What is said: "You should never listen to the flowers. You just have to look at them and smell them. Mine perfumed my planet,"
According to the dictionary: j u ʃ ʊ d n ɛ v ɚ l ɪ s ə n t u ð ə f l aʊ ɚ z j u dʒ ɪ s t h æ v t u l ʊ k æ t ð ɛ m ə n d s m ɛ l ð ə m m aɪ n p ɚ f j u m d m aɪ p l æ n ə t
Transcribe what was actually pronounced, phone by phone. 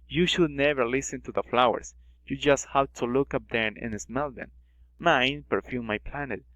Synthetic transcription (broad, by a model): j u ʃ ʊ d n ɛ v ɚ l ɪ s ə n t u ð ə f l aʊ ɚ s j u dʒ ɪ s t h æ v t u l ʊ k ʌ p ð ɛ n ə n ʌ s m ɛ l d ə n m aɪ n p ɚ f j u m m aɪ p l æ n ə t